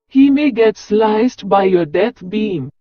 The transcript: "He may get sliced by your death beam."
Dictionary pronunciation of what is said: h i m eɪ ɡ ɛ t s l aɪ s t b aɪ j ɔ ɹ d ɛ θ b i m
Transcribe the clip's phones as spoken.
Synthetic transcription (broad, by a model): h i m eɪ ɡ ɛ t s l aɪ s t b aɪ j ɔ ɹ d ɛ t b i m